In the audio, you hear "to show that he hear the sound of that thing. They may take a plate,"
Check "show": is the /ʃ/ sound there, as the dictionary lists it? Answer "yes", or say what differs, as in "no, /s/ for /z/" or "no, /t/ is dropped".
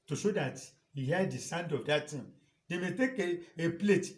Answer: yes